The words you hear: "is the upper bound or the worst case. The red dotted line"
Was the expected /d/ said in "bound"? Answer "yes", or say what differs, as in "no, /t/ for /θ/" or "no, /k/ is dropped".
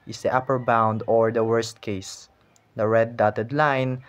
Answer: yes